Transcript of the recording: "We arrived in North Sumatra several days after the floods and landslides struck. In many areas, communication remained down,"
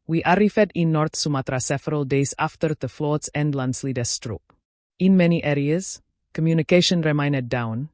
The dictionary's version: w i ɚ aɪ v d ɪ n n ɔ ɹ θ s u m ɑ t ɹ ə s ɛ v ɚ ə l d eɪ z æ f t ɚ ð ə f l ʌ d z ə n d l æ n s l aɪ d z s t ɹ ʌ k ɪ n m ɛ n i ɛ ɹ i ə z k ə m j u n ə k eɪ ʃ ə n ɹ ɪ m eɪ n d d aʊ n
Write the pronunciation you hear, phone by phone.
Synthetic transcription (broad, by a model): w i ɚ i f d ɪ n n ɔ ɹ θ s u m ɑ t ɹ ə s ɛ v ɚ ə l d eɪ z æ f t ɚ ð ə f l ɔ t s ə n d l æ n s l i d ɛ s t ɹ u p ɪ n m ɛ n i ɛ ɹ i ə z k ə m j u n ə k eɪ ʃ ə n ɹ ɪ m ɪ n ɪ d aʊ n